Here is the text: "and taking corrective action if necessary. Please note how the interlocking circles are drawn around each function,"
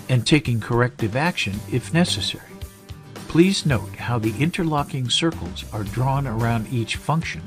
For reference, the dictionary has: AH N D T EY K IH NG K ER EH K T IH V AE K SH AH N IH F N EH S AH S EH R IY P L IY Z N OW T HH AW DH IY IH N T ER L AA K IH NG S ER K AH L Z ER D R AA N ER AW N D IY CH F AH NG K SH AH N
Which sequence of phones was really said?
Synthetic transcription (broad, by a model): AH N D T EY K IH NG K ER EH K T IH V AE K SH AH N IH F N EH S AH S EH R IY P L IY Z N OW T HH AW DH IY IH N T ER L AA K IH NG S ER K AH L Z ER D R AA N ER AW N D IY CH F AH NG K SH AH N